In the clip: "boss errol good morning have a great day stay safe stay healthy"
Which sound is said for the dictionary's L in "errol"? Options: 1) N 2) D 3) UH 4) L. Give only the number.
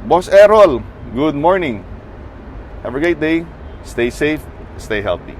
4